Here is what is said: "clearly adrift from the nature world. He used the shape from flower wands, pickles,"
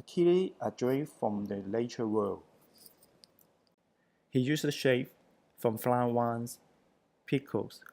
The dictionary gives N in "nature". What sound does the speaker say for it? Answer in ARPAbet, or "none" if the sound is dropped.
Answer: L